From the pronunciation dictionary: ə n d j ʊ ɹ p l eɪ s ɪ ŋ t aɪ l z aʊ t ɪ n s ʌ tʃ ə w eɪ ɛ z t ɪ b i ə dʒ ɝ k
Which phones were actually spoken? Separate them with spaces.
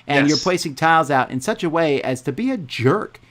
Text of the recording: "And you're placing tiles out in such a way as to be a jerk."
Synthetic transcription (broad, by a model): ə n j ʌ ɹ p l eɪ s ɪ ŋ t aɪ l z aʊ t ɪ n s ʌ tʃ ə w eɪ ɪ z t ɪ b i ə dʒ ɝ k